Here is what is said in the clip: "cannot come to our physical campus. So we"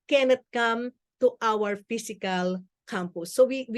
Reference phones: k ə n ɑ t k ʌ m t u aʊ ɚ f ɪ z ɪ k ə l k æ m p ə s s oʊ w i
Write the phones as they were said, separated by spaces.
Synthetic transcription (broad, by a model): k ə n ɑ t k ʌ m t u aʊ ɚ f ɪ s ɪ k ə l k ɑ m p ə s s oʊ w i